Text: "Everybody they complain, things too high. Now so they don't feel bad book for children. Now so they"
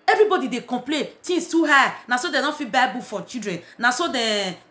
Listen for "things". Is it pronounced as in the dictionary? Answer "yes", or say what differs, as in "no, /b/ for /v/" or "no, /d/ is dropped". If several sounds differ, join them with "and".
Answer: no, /t/ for /θ/